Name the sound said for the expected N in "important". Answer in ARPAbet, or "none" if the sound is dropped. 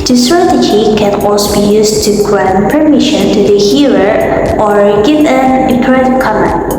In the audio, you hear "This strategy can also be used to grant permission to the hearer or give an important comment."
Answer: none